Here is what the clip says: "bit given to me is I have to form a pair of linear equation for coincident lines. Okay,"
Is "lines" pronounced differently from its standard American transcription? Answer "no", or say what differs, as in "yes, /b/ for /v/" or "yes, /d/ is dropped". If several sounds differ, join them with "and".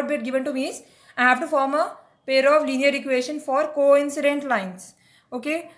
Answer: yes, /s/ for /z/